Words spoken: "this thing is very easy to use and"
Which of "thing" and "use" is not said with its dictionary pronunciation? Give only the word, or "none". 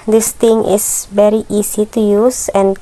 thing